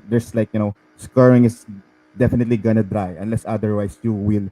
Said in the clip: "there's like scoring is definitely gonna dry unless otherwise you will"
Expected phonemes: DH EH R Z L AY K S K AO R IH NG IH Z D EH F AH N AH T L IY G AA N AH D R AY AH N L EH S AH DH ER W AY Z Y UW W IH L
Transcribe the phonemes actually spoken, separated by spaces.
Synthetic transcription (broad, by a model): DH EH R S L AY K S K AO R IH NG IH S D EH F AH N AH T L IY G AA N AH D R AY AH N L EH S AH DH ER W AY S Y UW W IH L